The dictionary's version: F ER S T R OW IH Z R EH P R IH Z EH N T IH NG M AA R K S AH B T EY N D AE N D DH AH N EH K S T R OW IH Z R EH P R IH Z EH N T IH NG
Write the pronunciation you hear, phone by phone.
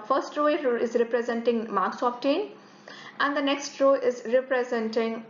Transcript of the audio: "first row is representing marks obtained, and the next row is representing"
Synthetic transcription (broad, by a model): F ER S T R OW IH Z R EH P R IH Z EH N T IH NG M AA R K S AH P T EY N AE N D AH N EH K S T R OW IH Z R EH P R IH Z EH N T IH NG